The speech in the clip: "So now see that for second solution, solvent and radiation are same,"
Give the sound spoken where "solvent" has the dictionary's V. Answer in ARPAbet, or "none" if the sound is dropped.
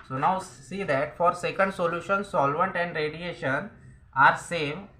V